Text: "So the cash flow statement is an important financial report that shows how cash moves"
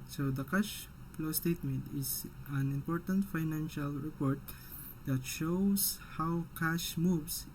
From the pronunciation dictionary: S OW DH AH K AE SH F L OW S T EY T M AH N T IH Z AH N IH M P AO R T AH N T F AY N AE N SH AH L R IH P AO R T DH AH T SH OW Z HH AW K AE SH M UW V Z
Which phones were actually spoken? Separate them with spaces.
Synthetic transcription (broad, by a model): S OW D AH K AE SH P L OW S T EY T M AH N T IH S AH N IH M P AO R T AH N T F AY N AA N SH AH L R IH P AO R T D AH T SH OW S HH AW K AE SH M UW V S